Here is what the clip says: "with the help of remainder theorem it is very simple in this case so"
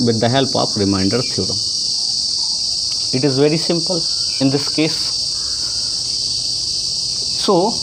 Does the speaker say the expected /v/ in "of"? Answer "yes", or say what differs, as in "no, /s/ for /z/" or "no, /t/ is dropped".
no, /p/ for /v/